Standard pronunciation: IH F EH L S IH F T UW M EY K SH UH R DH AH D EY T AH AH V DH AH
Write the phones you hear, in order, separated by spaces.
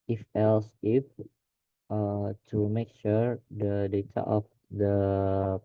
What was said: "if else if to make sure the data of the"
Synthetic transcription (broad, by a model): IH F EH L S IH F T UW M EY K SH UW R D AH D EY T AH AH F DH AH